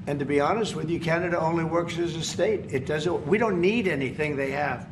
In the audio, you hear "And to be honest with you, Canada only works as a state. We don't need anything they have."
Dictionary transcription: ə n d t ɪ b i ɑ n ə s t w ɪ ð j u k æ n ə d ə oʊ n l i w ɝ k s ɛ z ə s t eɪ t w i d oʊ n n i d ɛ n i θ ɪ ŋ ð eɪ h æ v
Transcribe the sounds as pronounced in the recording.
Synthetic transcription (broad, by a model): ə n t ɪ b i ɑ n ə s t w ɪ ð j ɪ k æ n ə d ə oʊ n l i w ɝ k s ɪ z ə s t eɪ t w i d oʊ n n i d ɛ n i θ ɪ ŋ ð eɪ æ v